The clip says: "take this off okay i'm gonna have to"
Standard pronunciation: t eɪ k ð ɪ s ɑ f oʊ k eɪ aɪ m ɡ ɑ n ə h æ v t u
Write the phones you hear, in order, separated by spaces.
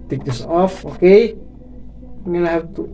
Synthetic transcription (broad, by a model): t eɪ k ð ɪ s ɑ f oʊ k eɪ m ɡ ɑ l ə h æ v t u